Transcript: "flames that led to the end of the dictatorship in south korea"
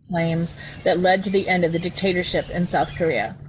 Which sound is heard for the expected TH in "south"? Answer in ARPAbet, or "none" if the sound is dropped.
TH